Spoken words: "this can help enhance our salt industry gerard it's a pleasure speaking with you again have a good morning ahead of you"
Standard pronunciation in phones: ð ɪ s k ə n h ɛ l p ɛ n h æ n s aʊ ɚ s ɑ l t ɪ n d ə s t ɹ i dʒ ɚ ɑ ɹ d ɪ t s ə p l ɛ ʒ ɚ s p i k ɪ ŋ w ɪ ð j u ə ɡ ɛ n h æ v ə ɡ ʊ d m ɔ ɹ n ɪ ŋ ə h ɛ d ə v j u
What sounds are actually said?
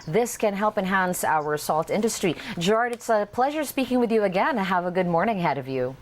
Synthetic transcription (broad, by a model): ð ɪ s k ə n h ɛ l p ɛ n h æ n s aʊ ɚ s ɑ l t ɪ n d ə s t ɹ i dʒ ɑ ɹ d ɪ t s ə p l ɛ ʒ ɚ s p i k ɪ ŋ w ɪ ð j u ə ɡ ɛ n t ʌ v ə ɡ ʊ d m ɔ ɹ n ɪ ŋ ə h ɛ d ə v j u